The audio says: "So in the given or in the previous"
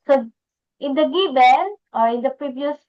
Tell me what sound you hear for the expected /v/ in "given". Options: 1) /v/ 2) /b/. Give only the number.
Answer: 2